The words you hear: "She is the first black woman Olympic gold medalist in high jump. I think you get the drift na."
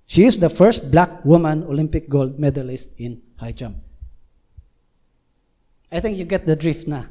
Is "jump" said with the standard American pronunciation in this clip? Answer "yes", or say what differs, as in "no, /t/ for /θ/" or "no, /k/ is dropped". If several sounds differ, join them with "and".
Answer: no, /p/ is dropped